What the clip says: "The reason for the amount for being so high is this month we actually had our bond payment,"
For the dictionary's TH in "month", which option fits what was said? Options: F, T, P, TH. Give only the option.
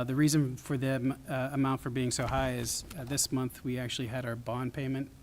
TH